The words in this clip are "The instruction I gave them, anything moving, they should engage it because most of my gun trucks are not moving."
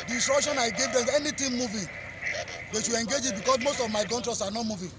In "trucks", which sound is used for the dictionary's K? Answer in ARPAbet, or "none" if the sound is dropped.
none